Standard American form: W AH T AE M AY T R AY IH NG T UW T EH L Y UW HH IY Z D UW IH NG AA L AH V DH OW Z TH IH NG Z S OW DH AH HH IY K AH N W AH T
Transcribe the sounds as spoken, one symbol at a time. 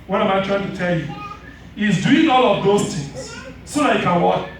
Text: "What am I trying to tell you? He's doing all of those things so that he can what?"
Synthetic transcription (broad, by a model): W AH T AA M AY T R AY IH NG T UW T EH L Y UW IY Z D UW IH NG AA L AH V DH OW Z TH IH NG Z S OW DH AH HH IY K AH N W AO